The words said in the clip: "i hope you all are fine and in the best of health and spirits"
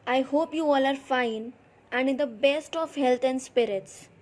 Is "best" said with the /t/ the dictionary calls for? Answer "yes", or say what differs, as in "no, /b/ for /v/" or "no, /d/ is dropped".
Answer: yes